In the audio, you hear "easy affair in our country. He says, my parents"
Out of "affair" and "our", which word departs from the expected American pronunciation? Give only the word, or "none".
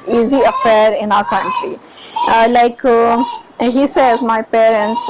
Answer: none